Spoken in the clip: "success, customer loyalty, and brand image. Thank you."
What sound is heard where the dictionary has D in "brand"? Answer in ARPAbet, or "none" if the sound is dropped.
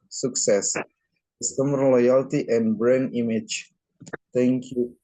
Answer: none